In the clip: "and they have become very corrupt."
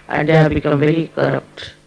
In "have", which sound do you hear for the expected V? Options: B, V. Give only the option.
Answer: B